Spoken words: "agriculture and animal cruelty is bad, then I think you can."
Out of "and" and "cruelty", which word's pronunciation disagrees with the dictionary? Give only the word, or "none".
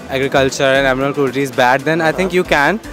cruelty